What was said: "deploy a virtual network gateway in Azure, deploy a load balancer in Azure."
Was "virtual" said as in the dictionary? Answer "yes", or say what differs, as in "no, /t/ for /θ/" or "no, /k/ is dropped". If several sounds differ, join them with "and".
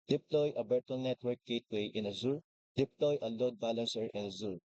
no, /b/ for /v/